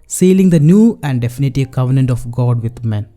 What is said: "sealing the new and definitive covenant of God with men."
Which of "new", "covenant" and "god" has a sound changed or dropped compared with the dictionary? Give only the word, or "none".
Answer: none